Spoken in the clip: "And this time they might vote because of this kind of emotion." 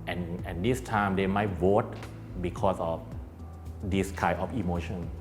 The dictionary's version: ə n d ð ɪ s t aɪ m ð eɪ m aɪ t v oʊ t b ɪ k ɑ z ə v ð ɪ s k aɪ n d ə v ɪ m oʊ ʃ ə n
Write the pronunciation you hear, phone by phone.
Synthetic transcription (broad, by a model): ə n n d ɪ s t aɪ m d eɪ m aɪ t w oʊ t b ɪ k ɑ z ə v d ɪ s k aɪ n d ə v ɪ m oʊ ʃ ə n